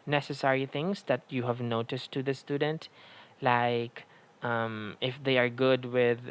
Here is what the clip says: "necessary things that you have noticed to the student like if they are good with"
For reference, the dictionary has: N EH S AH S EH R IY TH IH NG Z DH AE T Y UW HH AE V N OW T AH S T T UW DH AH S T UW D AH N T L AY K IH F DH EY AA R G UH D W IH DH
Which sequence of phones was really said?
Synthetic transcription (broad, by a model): N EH S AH S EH R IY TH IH NG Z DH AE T Y UW HH AE V N OW T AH S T T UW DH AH S T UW D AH N T L AY K IH F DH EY AA R G UH D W IH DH